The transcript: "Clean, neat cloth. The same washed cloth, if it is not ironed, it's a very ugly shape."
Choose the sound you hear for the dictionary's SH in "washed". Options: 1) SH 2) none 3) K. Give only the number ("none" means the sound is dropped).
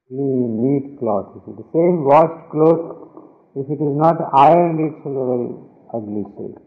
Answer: 2